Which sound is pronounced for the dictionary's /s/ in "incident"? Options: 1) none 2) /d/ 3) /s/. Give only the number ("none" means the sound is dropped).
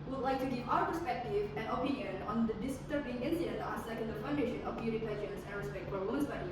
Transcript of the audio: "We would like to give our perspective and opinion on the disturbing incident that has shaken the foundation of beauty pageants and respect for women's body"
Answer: 1